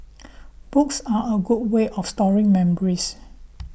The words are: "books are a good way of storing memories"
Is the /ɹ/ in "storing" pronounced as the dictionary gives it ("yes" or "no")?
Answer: yes